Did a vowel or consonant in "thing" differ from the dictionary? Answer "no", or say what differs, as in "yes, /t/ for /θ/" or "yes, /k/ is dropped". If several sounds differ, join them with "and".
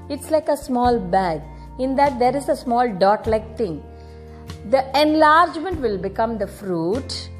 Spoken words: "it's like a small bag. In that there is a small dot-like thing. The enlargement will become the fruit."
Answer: yes, /t/ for /θ/